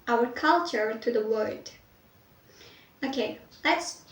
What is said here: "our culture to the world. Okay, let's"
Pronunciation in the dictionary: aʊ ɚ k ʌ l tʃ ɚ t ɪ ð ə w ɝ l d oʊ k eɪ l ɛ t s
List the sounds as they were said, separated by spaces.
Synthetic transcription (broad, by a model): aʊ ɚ k ʌ l tʃ ɚ t ɪ ð ə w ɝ d oʊ k eɪ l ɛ t s